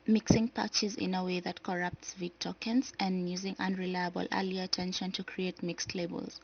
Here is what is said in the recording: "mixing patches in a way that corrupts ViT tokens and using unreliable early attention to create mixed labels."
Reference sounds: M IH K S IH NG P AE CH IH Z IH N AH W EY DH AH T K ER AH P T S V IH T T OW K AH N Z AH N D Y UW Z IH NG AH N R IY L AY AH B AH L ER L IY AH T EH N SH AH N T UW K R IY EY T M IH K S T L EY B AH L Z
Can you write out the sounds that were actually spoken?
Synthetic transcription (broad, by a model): M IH K S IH NG P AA CH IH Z IH N AH W EY DH AH T K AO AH P T S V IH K T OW K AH N S AH N D Y UW Z IH NG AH N R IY L AY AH B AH L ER L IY AH T EH N SH AH N T UW K R IY EY T M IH K S T L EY B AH L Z